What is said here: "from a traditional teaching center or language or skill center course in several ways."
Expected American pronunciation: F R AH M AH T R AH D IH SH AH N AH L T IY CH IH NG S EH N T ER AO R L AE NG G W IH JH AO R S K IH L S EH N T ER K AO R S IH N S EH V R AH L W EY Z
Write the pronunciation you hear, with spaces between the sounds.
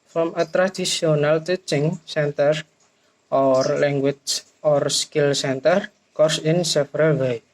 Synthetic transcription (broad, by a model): F R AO M AH T R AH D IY S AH N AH L T IY CH IH NG S EH N T ER AO R L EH NG G W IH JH AO R S K IH L S EH N T ER K AO R S IH N S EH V R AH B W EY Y